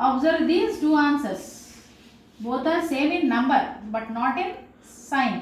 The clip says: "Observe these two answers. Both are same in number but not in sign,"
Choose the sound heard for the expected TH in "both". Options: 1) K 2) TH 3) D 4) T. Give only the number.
4